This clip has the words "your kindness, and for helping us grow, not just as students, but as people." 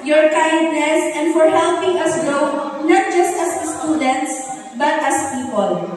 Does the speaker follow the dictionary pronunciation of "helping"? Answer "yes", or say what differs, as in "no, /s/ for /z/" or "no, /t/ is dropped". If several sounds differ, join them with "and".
no, /l/ is dropped